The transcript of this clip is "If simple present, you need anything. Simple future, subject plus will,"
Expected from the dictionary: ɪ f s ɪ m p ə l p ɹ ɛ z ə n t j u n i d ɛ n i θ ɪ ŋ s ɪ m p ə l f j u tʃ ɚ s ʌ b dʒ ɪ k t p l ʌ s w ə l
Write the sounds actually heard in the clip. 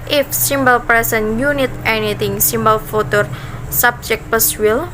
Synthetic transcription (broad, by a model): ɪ f s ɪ m b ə l p ɹ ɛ s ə n j u n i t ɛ n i t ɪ ŋ s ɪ m b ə l f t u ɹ s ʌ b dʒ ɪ k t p ʌ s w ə l